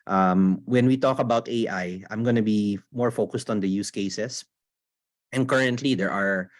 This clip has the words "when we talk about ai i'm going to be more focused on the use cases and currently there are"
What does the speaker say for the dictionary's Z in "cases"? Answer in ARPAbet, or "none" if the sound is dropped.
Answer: S